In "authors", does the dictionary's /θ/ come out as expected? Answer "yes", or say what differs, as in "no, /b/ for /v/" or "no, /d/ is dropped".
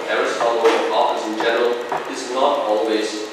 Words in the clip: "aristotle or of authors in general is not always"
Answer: no, /f/ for /θ/